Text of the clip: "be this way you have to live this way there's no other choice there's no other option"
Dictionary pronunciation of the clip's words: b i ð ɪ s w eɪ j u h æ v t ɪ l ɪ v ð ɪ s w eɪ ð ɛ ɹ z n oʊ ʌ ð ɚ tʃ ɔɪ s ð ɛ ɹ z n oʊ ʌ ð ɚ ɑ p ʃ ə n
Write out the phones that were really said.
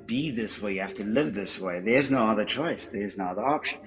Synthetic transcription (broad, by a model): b i ð ɪ s w eɪ j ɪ h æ f t ɪ l ɪ v ð ɪ s w eɪ ð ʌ ɹ z n oʊ ʌ ð ɚ tʃ ɔɪ s ð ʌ ɹ z n oʊ ʌ ð ɚ ɑ p ʃ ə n